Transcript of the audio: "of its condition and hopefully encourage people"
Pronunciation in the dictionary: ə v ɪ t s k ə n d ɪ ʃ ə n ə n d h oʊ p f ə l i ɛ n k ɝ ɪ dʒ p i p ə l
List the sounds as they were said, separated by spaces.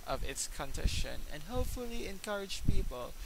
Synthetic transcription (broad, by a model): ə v ɪ t s k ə n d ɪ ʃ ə n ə n h oʊ p f ə l i ɛ n k ɝ ɪ dʒ p i p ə l